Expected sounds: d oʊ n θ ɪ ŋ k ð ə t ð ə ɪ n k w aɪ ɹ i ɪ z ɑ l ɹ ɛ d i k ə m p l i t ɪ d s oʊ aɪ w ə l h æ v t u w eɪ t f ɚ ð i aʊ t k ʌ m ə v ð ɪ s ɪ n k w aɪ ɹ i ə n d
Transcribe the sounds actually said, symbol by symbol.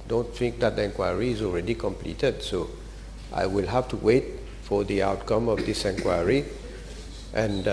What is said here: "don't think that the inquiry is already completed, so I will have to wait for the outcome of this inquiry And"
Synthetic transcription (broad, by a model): d oʊ n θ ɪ ŋ k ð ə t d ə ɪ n k w aɪ ɹ i ɪ z ɑ l ɹ ɛ d i k ə m p l i t ɪ d s oʊ aɪ w ə l h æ f t u w eɪ t f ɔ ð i aʊ t k ʌ m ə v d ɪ s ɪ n k w aɪ ɹ i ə n